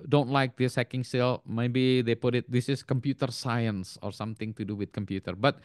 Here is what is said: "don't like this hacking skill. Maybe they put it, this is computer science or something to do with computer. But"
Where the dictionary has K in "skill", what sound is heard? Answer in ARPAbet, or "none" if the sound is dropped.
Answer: none